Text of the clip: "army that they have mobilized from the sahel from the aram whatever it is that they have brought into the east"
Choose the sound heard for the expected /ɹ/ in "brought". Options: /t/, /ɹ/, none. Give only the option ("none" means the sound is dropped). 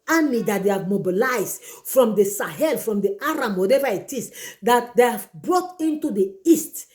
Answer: /ɹ/